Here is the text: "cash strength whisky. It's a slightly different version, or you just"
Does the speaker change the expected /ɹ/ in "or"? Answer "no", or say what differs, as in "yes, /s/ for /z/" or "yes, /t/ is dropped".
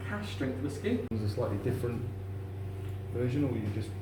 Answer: yes, /w/ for /ɹ/